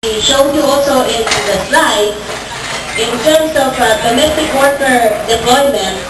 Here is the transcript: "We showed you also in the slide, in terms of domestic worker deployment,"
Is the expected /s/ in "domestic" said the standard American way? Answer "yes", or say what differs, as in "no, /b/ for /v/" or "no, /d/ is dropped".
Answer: no, /s/ is dropped